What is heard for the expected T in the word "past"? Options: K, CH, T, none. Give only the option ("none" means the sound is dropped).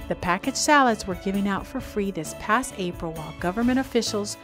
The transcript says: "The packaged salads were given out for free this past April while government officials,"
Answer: T